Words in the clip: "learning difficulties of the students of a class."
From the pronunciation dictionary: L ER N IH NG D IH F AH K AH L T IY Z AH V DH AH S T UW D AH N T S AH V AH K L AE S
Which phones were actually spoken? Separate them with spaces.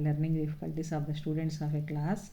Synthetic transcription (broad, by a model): L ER N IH NG D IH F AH K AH L T IY S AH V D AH S T UW D AH N T S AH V AH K L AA S